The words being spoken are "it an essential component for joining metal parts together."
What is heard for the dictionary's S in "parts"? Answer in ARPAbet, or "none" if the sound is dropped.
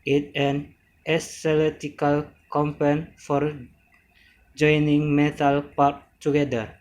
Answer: none